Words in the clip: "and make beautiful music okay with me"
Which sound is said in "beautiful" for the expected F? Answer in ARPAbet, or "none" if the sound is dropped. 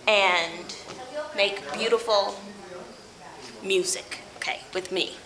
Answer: F